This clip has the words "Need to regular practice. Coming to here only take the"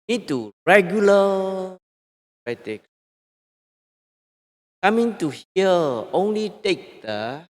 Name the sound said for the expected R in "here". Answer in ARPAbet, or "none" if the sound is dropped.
L